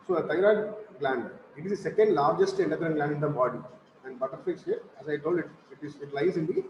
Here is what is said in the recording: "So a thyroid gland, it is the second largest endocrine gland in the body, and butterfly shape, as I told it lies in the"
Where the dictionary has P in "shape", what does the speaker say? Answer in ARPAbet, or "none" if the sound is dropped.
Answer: none